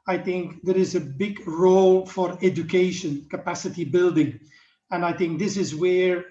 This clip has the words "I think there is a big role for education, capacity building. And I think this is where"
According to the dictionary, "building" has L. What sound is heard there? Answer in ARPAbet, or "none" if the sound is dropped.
L